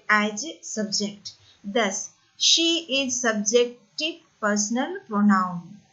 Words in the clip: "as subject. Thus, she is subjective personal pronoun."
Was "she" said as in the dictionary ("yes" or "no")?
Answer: yes